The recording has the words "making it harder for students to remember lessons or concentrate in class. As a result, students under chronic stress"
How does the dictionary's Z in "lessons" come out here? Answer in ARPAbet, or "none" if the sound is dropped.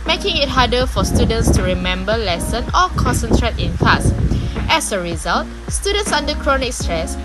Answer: none